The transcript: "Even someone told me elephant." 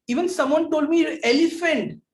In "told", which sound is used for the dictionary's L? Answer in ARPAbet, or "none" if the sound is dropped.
L